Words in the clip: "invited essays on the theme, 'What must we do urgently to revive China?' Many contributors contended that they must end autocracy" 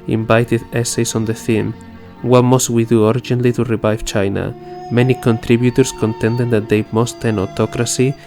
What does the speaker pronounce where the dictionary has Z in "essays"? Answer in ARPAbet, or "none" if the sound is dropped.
S